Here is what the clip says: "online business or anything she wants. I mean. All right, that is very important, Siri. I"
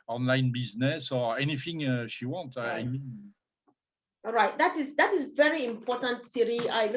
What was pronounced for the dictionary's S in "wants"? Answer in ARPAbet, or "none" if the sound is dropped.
none